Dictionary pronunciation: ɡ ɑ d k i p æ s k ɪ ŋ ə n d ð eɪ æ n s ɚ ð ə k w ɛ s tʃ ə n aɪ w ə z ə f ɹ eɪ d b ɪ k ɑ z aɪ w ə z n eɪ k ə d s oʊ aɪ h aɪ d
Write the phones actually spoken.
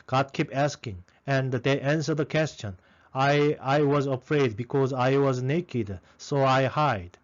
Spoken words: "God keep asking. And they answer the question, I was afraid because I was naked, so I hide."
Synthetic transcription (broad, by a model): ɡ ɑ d k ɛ p æ s k ɪ ŋ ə n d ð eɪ æ n s ɚ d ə k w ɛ s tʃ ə n aɪ w ə z ə f ɹ eɪ d b ɪ k ɑ z aɪ w ə z n eɪ k ə d s oʊ aɪ h aɪ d